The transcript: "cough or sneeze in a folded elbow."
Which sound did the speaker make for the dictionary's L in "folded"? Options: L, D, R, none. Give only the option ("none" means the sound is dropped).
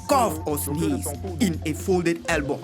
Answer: L